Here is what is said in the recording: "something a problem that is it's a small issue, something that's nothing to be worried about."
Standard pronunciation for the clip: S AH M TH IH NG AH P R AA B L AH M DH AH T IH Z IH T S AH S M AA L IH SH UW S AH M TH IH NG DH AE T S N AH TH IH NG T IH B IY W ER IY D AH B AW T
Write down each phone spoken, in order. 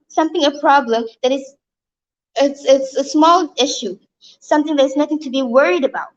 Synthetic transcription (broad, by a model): S AH M TH IH NG AH P R AA B L AH M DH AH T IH S IH T S AH S M AA L IH SH UW S AH M TH IH NG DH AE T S N AH TH IH NG T IH B IY W ER IY D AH B AW T